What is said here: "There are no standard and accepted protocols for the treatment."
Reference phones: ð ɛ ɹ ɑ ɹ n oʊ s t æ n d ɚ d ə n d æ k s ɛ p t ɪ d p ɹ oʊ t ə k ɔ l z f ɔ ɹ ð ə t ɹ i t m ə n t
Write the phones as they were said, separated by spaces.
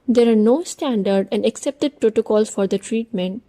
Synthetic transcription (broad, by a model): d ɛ ɹ ɑ ɹ n oʊ s t æ n d ɚ d ə n d æ k s ɛ p t ɪ d p ɹ oʊ t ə k ɔ l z f ɔ ɹ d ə t ɹ i t m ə n t